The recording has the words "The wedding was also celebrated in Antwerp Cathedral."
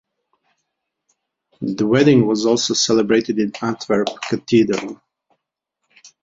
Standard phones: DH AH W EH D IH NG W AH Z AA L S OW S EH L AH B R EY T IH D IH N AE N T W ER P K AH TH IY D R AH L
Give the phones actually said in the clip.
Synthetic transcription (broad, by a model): DH AH W EH D IH NG W AH Z AA L S OW S EH L AH B R EY T IH D IH N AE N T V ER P K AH T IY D R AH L